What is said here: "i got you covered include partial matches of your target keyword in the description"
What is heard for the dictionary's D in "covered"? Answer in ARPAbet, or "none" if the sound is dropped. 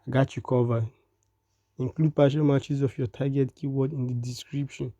none